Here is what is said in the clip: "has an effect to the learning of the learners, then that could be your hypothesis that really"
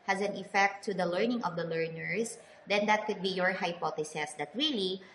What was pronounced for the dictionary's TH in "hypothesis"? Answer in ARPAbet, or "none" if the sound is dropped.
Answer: T